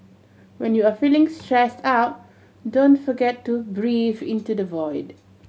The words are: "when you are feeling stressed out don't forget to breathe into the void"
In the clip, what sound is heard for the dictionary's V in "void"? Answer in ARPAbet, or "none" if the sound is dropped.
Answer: V